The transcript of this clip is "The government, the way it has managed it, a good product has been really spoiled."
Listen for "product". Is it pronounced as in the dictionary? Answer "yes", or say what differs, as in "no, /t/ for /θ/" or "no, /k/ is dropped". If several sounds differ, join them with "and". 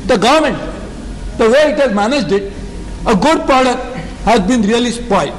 no, /k/ is dropped